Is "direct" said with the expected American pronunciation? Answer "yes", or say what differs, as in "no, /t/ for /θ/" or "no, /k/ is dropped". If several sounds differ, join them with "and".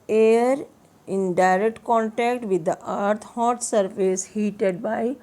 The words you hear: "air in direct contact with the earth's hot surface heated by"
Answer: yes